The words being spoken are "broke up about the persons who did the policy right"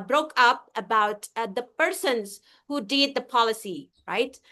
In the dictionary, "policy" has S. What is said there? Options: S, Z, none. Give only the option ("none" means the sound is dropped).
S